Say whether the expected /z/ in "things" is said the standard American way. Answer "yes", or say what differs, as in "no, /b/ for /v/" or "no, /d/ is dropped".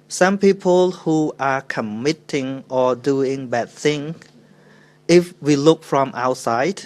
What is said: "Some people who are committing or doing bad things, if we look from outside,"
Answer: no, /z/ is dropped